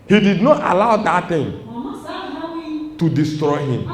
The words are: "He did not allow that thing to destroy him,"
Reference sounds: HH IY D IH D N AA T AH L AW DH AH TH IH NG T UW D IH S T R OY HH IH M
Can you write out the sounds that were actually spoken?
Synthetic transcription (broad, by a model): HH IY D IH D N AA T AH L AW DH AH T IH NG T UW D IH S T R OY HH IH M